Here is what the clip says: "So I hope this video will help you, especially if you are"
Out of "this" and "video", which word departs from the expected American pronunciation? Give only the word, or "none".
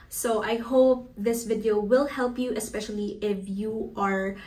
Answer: none